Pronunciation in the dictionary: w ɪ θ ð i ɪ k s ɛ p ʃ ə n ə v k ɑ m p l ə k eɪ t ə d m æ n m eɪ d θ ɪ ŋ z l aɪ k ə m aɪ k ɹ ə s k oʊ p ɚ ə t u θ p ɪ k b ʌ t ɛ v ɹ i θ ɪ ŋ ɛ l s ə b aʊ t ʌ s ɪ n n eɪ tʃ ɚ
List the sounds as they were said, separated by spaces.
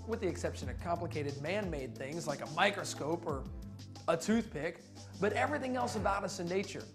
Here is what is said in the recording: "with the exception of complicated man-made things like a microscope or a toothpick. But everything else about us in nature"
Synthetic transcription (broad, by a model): w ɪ ð i ɪ k s ɛ p ʃ ə n ə v k ɑ m p l ə k eɪ t ə d m æ n m eɪ d θ ɪ ŋ z l aɪ k ə m aɪ k ɹ ə s k oʊ p ɚ ə t u θ p ɪ k b ʌ t ɛ v ɹ i θ ɪ ŋ ɛ l s ə b aʊ t ʌ s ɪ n n eɪ tʃ ɚ